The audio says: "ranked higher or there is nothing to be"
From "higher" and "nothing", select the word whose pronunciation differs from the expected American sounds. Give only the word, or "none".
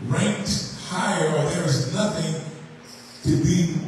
none